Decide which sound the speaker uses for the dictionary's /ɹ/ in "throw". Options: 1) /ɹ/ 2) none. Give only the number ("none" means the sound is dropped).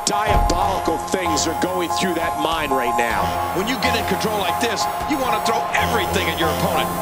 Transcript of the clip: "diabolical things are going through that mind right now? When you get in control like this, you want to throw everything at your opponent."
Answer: 1